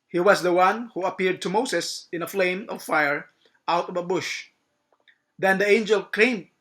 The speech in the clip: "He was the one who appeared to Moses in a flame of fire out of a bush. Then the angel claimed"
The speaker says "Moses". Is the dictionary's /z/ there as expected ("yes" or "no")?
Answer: no